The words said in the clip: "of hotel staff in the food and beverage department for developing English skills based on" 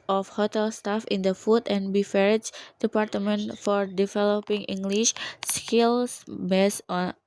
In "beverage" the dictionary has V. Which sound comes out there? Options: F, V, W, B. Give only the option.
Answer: F